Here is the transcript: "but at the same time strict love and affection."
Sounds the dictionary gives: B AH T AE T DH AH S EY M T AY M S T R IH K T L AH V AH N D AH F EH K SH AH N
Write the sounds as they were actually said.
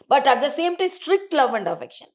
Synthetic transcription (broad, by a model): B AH T AE T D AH S EY M T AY M S T R IH K T L AH V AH N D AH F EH K SH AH N